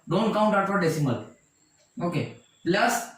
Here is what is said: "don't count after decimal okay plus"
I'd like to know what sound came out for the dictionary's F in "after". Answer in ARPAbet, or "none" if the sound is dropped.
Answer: none